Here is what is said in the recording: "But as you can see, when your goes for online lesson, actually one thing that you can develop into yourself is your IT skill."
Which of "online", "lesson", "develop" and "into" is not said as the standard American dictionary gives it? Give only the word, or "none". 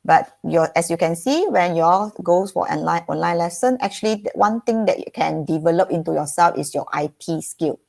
none